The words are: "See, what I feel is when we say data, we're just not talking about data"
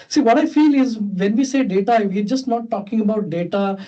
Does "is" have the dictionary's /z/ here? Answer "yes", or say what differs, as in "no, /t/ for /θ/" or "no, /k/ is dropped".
yes